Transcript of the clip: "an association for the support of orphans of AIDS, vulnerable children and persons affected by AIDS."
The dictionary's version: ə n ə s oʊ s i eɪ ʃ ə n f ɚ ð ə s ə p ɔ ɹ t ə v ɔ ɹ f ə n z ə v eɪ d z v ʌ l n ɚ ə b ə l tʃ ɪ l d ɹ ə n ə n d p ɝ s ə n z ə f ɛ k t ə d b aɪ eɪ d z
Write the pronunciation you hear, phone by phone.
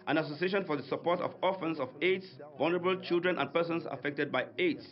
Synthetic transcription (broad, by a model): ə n ə s oʊ s i eɪ ʃ ə n f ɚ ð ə s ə p ɔ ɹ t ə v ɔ f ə n s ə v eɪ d s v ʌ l n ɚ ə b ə l tʃ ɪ l d ɹ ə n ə n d p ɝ s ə n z ə f ɛ k t ə d b aɪ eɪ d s